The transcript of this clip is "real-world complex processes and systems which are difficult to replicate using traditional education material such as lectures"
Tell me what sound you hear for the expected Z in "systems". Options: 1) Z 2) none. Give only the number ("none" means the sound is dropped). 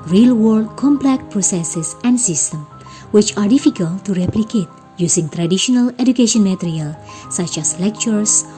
2